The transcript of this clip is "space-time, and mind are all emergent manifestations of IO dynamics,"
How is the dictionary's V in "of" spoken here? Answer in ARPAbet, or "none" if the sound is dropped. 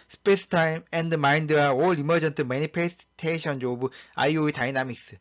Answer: B